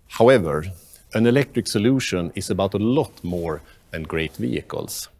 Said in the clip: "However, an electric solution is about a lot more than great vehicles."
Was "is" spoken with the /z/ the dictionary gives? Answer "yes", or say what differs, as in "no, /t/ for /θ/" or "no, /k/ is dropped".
no, /s/ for /z/